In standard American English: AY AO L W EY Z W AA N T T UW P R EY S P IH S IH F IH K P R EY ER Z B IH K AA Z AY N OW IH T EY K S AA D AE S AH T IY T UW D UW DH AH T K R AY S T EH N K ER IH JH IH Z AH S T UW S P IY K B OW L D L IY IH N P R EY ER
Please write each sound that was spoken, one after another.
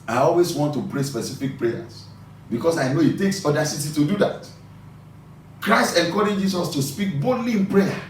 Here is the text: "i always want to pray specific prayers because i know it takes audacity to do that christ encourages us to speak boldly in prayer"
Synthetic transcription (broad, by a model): AY AO L W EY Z W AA N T T UW P R EY S P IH S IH F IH K P R EY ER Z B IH K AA S AY N OW IH T EY K S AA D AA S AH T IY T UW D UW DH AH T K R AY S T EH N K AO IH JH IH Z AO S T UW S P IY K B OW D L IY IH N P R EY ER